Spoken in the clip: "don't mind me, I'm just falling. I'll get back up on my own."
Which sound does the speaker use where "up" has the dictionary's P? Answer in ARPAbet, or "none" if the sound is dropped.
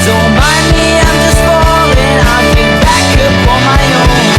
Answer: F